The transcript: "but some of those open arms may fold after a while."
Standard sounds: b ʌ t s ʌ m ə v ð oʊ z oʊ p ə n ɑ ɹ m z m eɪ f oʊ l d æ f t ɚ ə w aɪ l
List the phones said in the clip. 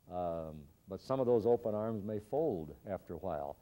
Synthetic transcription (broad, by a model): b ʌ t s ʌ m ə v ð oʊ z oʊ p ə n ɑ ɹ m z m eɪ f oʊ l d æ f t ɚ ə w aɪ l